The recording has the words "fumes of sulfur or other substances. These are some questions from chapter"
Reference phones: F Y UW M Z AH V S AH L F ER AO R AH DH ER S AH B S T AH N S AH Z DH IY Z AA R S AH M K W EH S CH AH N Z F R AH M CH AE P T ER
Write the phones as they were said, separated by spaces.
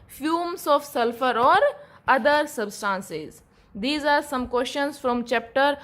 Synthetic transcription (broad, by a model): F Y UW M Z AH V S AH L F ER AO R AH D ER S AH B S T AH N S AH Z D IY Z AA R S AH M K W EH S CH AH N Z F R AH M CH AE P T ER